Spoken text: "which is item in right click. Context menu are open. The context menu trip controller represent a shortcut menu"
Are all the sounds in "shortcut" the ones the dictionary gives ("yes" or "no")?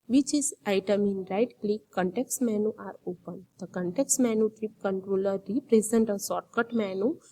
no